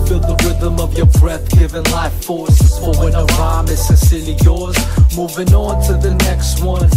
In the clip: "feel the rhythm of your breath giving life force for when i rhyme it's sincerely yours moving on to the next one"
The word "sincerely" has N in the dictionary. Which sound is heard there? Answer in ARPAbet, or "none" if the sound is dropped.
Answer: none